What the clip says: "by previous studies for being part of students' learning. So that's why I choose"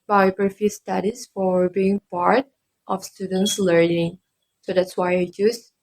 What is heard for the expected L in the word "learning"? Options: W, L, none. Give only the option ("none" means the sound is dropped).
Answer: L